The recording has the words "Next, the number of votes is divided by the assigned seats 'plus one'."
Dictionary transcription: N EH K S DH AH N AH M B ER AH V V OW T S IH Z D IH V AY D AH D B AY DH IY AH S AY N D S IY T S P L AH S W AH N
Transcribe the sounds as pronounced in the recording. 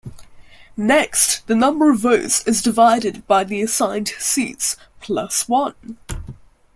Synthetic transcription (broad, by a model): N EH K S DH AH N AH M B ER AH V V OW T S IH Z D IH V AY D AH D B AY DH IY AH S AY N D S IY T S P L AH S W AH N